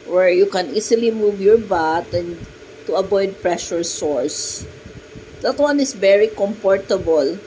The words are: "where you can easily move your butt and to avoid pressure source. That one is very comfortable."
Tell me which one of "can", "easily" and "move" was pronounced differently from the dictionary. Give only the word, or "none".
easily